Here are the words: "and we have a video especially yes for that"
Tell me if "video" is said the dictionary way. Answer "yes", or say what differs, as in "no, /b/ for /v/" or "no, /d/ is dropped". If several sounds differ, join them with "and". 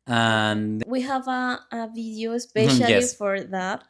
yes